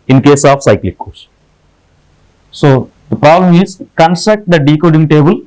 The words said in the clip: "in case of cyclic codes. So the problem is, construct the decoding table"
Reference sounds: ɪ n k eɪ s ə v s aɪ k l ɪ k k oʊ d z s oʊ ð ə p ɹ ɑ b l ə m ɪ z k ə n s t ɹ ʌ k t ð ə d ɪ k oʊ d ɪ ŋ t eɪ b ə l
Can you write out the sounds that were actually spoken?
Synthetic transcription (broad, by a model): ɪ n k eɪ s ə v s aɪ k l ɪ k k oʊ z s oʊ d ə p ɹ ɑ b l ə m ɪ z k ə n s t ʌ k t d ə d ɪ k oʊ d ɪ ŋ t eɪ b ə l